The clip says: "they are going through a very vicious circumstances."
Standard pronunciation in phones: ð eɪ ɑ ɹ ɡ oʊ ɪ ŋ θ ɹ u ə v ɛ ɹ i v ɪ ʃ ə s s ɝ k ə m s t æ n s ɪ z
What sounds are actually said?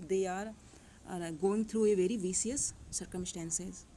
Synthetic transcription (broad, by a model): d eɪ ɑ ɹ ɡ oʊ ɪ ŋ t ɹ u ə v ɛ ɹ i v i s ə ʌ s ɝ k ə m s t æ n s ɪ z